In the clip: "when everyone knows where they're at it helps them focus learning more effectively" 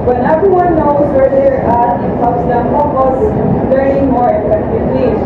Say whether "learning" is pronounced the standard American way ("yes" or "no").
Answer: no